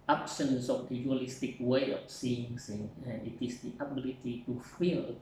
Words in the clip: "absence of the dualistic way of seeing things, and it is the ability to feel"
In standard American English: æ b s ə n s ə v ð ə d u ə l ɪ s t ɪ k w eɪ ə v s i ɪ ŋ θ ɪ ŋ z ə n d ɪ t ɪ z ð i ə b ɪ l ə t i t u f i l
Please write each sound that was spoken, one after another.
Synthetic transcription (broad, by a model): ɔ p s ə n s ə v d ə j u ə l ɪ s t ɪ k w eɪ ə f s i ɪ ŋ s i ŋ ə n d ɪ t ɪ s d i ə b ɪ l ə t i t u f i l